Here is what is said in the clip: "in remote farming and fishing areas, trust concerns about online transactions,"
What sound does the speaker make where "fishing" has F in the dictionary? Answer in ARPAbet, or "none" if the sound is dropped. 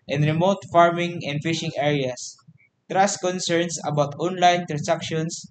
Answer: F